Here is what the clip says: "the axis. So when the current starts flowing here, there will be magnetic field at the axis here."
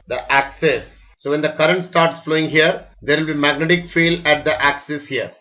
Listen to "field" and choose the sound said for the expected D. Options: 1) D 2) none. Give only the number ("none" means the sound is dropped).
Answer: 2